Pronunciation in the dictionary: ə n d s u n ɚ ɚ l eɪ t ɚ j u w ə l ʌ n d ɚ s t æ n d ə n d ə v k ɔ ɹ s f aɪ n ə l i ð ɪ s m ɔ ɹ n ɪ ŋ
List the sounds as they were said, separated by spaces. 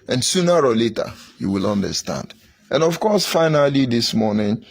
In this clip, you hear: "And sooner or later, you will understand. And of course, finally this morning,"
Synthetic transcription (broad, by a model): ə n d s u n ɚ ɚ l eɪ t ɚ j u w ə l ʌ n d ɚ s t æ n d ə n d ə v k ɔ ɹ s f aɪ n ə l i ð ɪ s m ɔ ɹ n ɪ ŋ